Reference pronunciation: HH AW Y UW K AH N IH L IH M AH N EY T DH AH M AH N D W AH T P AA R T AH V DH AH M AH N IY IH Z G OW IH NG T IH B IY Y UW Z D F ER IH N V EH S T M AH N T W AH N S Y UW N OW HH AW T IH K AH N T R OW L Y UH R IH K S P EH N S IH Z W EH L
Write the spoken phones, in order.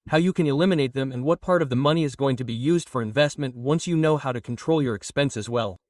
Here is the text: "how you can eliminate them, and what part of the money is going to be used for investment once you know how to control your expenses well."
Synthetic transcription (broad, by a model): HH AW Y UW K AH N IH L IH M AH N EY T DH AH M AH N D W AH T P AA R T AH V DH AH M AH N IY IH Z G OW IH NG T IH B IY Y UW Z D F ER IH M V EH S T M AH N T W AH N S Y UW N OW HH AW T IH K N T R OW L Y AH R IH K S P EH N S IH Z W EH L